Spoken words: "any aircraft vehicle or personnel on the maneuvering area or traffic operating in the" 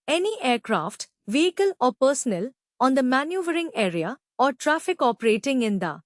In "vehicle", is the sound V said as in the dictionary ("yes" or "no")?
yes